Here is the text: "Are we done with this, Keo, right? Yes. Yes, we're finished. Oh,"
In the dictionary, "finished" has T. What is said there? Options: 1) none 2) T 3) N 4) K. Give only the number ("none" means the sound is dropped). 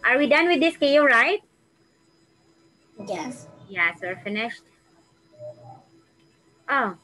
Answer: 2